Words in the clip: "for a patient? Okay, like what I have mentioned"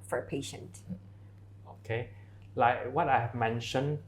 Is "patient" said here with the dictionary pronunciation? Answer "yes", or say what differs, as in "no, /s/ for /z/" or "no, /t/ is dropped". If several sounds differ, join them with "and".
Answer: yes